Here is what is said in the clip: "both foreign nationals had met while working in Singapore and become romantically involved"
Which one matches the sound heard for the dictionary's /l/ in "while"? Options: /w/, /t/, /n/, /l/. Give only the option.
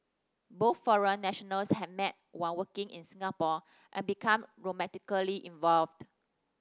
/n/